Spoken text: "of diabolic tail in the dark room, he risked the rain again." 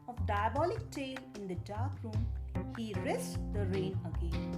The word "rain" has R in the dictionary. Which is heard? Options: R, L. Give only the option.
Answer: R